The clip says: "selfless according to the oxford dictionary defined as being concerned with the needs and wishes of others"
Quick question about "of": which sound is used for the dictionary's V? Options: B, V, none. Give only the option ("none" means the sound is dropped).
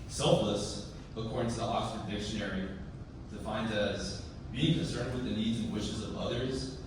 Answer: V